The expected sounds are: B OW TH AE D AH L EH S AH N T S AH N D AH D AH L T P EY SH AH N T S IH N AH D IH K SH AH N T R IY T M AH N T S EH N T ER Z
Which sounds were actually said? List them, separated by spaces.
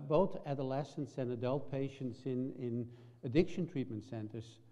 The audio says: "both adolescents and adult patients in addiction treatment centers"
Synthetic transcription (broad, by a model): B OW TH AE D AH L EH S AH N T S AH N AH D AH L T P EY SH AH N T S IH N AH D IH K SH AH N T R IY T M AH N T S EH N T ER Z